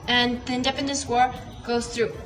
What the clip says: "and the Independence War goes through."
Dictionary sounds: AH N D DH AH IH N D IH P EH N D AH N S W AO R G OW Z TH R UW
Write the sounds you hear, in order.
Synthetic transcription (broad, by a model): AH N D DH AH IH N D IH P EH N D AH N S W AO R G OW Z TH R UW